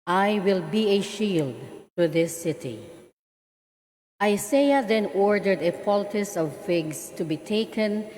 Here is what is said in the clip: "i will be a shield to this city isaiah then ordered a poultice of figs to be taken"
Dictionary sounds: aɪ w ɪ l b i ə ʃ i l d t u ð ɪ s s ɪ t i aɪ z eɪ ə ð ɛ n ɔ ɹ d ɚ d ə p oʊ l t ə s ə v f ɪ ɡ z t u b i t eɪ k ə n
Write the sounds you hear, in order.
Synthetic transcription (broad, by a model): aɪ w ɪ l b i ə ʃ i l d t u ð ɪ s s ɪ t i aɪ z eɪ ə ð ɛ n ɔ ɹ d ɚ d ə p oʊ l t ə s ə v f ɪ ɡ s t u b i t eɪ k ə n